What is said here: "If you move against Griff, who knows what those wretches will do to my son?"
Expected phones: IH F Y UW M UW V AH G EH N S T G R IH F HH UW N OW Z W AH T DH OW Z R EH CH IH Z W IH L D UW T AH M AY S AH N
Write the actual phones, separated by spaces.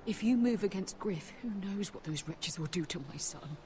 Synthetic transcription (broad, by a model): IH F Y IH M UW V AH G EH N S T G R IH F HH UW N OW Z W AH T DH OW Z R EH CH IH Z W IH L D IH T AH M AY S AH N